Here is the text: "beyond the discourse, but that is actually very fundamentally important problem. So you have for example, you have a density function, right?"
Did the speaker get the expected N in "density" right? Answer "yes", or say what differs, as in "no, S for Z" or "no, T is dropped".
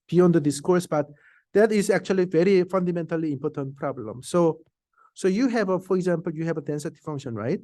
yes